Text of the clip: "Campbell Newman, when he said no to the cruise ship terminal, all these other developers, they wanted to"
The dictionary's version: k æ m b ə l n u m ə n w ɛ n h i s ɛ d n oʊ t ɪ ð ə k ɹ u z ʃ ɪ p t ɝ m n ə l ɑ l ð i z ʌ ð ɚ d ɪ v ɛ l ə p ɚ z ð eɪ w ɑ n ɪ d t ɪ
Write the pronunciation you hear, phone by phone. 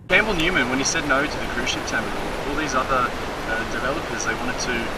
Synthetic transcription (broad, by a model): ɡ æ m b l n u m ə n w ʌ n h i s ɛ d n oʊ t ɪ ð ə k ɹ u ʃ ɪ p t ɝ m ə ɑ l ð i z ʌ ð ɚ d ɪ v ɛ l ə p ɚ z ð eɪ w ɑ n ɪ d t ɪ